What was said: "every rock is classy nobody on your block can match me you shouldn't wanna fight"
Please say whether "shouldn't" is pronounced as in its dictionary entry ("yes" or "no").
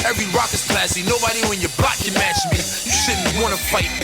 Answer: no